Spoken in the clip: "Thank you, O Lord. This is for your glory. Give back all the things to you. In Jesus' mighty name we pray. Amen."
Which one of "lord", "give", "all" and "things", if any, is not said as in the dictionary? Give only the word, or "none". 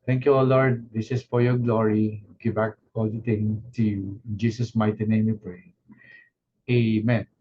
things